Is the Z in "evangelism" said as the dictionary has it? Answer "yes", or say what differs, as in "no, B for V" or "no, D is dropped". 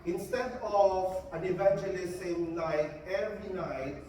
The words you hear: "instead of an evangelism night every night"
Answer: no, S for Z